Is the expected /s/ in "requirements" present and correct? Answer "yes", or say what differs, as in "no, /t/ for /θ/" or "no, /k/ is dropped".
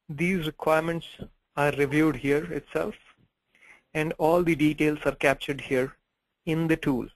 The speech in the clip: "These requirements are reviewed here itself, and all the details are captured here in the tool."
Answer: yes